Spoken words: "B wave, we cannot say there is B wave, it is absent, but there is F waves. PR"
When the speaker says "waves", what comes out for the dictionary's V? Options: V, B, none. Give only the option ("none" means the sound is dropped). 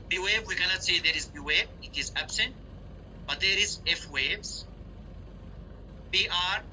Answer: B